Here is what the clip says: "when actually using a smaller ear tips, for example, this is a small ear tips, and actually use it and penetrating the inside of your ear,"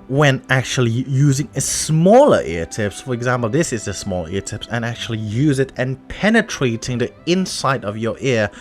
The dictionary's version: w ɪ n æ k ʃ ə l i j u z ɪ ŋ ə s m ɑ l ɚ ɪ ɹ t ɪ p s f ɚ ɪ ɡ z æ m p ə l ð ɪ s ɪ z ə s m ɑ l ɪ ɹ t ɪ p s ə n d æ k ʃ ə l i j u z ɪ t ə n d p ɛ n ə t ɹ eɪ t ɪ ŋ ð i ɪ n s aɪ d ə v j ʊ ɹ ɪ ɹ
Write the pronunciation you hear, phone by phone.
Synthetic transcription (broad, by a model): w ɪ n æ k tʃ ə l i j u z ɪ ŋ ə s m ɑ l ɚ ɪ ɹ t ɪ p s f ɚ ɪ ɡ z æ m p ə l ð ɪ s ɪ z ə s m ɑ l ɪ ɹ t ɪ p s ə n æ k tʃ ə l i j u z ɪ t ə n p ɛ n ə t ɹ eɪ t ɪ ŋ ð i ɪ n s aɪ d ə v j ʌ ɹ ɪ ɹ